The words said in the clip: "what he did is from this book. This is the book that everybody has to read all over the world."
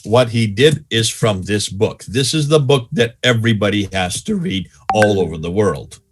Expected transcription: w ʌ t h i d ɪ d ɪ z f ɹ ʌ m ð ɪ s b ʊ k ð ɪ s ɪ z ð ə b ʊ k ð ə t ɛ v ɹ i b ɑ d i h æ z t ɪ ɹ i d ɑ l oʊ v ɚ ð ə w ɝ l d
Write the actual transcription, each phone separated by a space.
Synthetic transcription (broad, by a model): w ʌ t h i d ɪ d ɪ z f ɹ ʌ m ð ɪ s b ʊ k ð ɪ s ɪ z ð ə b ʊ k ð ə t ɛ v ɹ i b ɑ d i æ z t ɪ ɹ i d ɑ l oʊ v ɚ ð ə w ɝ l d